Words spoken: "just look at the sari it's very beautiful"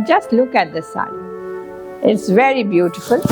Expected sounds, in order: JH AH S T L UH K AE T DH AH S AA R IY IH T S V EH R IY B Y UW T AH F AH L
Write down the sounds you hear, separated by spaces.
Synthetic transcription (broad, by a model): JH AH S T L UH K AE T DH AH S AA IY IH T S V EH R IY B Y UW T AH F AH L